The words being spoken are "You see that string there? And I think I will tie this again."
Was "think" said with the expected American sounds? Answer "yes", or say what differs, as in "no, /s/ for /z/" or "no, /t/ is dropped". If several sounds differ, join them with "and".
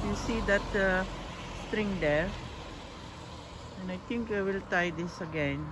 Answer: no, /t/ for /θ/